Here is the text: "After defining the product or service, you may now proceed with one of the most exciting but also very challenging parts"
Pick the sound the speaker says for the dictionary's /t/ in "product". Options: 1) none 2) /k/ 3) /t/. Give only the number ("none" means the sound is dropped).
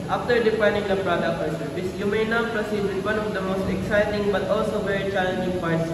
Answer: 1